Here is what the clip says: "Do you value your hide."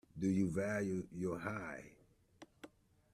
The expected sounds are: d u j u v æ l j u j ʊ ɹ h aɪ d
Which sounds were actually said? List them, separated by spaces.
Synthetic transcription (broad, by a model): d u j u v æ l j u j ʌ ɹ h aɪ